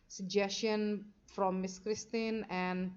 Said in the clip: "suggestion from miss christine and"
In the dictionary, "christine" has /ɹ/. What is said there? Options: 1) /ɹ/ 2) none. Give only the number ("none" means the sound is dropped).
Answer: 1